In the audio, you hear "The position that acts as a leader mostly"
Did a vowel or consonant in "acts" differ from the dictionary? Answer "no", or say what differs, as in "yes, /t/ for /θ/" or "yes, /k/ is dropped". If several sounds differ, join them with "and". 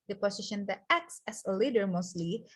no